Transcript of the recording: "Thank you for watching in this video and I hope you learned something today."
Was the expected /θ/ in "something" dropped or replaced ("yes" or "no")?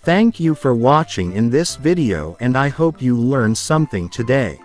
no